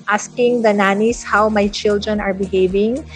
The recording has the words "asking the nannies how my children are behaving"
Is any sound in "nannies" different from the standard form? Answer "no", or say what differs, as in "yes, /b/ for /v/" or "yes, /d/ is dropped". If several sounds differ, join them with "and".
yes, /s/ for /z/